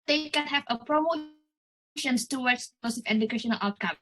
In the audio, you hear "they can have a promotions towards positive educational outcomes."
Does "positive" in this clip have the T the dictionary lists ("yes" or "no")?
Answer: no